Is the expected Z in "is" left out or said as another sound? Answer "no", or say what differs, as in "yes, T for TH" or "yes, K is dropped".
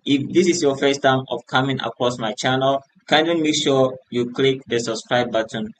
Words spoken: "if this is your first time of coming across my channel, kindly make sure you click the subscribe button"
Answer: yes, S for Z